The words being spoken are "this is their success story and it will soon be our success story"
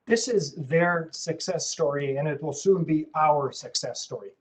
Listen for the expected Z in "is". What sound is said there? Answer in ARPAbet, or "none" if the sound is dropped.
Z